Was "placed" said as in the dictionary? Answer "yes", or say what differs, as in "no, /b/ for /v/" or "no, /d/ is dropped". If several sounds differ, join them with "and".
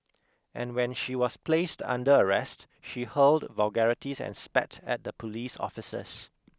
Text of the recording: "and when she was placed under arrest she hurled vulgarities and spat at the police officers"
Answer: yes